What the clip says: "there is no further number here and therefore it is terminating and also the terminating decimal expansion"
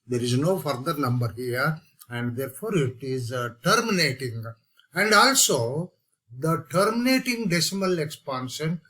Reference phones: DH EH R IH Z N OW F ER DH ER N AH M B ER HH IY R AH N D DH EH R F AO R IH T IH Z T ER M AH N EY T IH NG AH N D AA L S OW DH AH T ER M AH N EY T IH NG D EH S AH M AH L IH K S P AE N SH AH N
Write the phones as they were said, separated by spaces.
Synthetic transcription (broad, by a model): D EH R IH Z N OW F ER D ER N AH M B ER HH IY R AH N D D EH R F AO R IH T IH Z T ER M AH N EY T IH NG AH N D AA L S OW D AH T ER M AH N EY T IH NG D EH S AH M AH L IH K S P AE N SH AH N